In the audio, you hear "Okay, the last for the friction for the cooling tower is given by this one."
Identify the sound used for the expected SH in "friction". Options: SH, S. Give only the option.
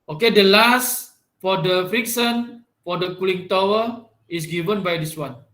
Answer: S